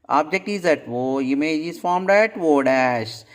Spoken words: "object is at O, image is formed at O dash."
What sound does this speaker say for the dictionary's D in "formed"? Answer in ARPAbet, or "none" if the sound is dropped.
D